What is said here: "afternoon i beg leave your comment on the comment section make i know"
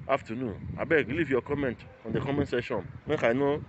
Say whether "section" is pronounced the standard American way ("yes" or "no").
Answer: no